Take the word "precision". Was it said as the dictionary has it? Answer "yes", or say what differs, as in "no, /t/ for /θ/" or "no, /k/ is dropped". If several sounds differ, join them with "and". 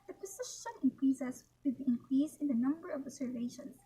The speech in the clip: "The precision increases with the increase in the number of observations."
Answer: no, /ʃ/ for /ʒ/